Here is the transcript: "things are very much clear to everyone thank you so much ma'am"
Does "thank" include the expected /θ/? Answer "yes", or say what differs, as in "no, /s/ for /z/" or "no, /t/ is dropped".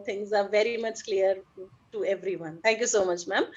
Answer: no, /t/ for /θ/